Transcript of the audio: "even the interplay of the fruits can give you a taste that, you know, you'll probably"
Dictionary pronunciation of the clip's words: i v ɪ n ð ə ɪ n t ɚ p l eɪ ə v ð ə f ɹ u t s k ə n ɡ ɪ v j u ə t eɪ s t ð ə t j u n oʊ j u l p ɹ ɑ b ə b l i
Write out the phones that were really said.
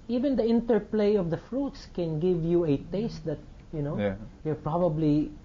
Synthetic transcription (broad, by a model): i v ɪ n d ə ɪ n t ɚ p l eɪ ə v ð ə f ɹ u t s k ə n ɡ ɪ v j u ə t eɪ s t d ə t j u n oʊ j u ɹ p ɹ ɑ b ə b l i